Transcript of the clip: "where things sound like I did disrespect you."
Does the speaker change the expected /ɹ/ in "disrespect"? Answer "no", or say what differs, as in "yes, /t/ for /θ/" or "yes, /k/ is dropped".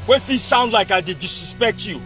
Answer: yes, /ɹ/ is dropped